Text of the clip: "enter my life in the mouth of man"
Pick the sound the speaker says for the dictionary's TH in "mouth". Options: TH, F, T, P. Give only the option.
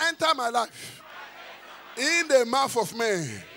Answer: F